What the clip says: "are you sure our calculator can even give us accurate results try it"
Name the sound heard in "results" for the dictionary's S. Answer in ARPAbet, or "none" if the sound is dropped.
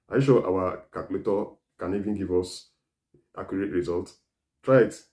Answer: none